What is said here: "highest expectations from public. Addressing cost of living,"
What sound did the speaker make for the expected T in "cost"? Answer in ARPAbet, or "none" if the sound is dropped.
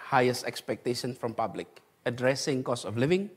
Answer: none